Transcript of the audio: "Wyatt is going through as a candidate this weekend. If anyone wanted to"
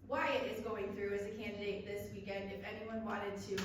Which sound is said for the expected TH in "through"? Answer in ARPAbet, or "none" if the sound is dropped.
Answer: TH